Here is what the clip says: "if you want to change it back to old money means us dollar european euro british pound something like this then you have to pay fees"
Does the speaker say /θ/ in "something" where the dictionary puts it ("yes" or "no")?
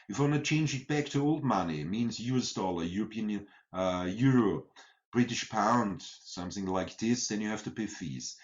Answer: yes